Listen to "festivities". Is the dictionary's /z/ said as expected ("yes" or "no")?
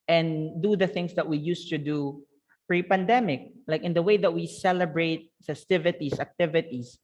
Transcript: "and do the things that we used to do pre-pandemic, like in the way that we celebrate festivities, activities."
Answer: no